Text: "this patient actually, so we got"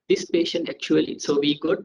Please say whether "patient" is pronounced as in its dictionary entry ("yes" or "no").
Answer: yes